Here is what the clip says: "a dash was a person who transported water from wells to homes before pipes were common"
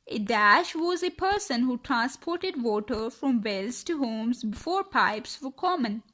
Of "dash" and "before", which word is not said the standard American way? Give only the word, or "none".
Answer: none